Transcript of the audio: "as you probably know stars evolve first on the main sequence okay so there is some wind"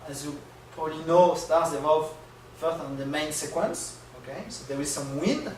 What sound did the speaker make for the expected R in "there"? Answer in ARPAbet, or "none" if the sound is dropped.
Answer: W